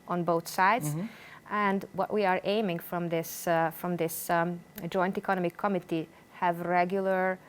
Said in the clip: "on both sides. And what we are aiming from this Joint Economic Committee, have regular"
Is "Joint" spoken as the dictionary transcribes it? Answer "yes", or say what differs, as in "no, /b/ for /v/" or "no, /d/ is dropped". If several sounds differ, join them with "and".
yes